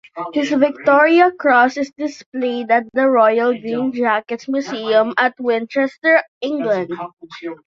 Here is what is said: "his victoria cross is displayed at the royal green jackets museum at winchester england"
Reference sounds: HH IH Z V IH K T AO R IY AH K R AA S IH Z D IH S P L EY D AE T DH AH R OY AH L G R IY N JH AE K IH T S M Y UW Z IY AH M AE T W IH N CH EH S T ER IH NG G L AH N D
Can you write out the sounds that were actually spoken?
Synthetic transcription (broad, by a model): HH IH S V IH K T AO R IY AH K R AA S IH S D IH S P L EY D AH T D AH R OY AH L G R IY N JH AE K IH T S M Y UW S IY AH M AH T W IH N CH EH S T ER IH NG G L AH N D